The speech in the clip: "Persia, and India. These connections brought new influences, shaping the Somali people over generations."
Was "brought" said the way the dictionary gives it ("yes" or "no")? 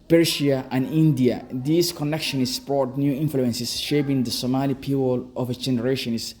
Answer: no